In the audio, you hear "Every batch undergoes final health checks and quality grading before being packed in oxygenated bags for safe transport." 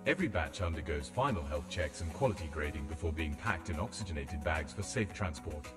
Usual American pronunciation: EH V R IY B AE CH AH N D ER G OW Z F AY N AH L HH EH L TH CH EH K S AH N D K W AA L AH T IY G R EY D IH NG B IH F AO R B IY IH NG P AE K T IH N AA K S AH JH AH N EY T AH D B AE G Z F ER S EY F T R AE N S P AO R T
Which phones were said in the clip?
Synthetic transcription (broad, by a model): EH V R IY B AE CH AH N D ER G OW Z F AY N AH L HH EH L TH CH EH K S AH N K W AA L AH T IY G R EY D IH NG B IH F AO R B IY IH NG P AE K T IH N AA K S AH JH AH N EY T AH D B AE G Z F ER S EY F T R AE N S P AO R T